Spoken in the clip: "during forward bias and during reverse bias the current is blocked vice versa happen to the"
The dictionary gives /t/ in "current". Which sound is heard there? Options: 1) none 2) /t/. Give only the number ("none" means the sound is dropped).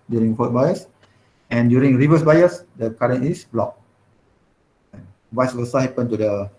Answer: 1